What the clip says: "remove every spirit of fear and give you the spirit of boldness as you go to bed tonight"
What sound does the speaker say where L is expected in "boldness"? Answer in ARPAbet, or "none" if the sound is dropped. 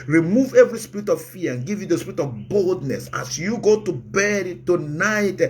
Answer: L